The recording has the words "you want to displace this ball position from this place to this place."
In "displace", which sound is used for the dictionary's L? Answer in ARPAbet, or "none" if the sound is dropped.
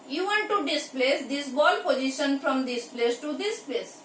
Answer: L